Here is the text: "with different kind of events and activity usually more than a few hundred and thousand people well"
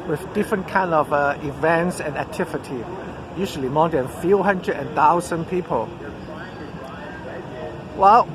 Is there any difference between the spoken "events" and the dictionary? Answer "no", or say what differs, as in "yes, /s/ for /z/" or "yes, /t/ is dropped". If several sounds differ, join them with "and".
no